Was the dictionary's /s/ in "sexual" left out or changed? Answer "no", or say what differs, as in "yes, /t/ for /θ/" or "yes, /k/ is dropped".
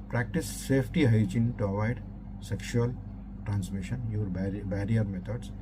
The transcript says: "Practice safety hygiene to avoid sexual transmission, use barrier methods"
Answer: no